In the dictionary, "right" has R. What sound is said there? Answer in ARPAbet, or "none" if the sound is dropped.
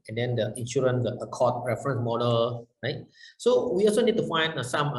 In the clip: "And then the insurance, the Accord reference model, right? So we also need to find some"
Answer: R